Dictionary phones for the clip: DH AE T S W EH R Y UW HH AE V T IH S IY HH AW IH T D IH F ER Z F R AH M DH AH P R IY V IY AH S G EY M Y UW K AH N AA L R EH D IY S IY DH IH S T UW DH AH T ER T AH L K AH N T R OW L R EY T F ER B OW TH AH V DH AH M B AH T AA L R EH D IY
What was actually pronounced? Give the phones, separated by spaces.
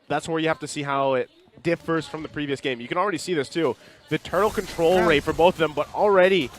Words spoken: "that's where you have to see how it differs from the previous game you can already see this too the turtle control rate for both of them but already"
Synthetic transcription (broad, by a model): DH AE T S W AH R Y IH HH AE F T IH S IY HH AW IH T D IH F ER Z F R AH M DH AH P R IY V IY AH S G EY M Y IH K AH N L R EH D IY S IY DH IH S T UW DH AH T ER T L K AH N T R OW L R EY T F ER B OW TH AH V DH AH M B AH T L R EH D IY